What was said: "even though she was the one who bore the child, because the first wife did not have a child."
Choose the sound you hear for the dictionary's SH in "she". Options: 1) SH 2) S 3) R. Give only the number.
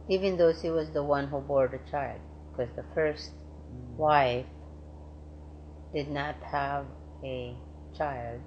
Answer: 2